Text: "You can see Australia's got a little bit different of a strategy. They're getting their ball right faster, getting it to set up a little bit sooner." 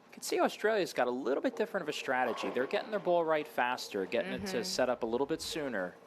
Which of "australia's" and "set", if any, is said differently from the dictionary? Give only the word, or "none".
none